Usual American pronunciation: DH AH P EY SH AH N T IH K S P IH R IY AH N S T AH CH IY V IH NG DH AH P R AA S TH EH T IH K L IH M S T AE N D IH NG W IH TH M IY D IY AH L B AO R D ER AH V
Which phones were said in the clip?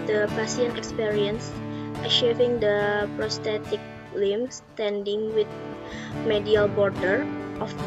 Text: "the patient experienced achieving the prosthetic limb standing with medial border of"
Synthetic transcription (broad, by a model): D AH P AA S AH N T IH K S P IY R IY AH N S T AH SH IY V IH NG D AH P R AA S T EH T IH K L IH M S T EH N D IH NG W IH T M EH D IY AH L B AO R D ER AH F